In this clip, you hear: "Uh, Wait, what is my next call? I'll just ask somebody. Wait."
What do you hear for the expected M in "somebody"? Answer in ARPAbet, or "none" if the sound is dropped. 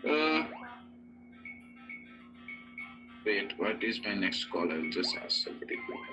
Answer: none